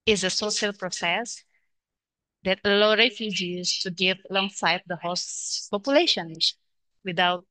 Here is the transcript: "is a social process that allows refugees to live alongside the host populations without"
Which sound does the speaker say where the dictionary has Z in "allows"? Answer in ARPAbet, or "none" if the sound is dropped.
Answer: none